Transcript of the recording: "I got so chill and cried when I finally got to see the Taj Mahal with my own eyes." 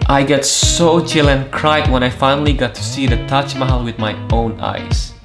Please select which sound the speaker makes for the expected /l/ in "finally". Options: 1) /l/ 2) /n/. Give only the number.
1